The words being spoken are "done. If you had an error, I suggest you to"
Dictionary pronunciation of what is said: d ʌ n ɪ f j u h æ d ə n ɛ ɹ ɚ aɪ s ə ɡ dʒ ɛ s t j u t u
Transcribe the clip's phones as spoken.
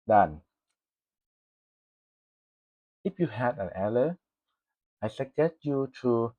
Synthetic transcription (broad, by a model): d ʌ n ɪ f j u h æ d ə n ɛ l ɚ aɪ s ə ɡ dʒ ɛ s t j u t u